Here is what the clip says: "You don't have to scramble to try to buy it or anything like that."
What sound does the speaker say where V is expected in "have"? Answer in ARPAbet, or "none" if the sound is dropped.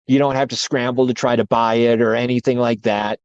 F